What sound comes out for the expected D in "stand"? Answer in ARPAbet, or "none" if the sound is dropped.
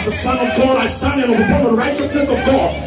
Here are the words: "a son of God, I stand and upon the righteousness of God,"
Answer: none